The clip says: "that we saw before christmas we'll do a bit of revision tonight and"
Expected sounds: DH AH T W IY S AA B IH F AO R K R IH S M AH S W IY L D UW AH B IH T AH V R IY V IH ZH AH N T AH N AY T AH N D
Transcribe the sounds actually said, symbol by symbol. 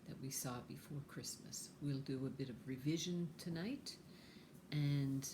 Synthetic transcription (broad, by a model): DH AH T W IY S AA B IH F AO R K R IH S M AH S W IY L D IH AH B IH T AH V R IY V IH ZH AH N T AH N AY T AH N